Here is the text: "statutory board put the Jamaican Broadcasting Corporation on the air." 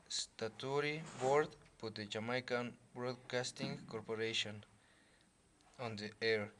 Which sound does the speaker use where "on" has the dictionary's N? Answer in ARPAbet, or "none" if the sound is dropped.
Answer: N